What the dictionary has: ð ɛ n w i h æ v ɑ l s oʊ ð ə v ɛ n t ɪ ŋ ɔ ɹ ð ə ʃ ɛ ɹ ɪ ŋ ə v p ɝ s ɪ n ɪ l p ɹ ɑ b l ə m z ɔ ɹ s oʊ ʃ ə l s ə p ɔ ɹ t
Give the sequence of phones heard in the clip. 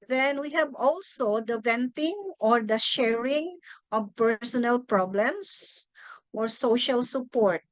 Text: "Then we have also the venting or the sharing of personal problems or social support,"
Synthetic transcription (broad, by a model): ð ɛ n w i h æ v ɑ l s oʊ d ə v ɛ n t ɪ ŋ ɔ ɹ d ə ʃ ɛ ɹ ɪ ŋ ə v p ɝ s ɪ n ɪ l p ɹ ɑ b l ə m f ɔ ɹ s oʊ ʃ ə l s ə p ɔ ɹ t